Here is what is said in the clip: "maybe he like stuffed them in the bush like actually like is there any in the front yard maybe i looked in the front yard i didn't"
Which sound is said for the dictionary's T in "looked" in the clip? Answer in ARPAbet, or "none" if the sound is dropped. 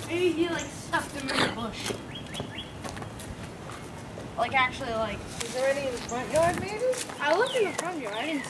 none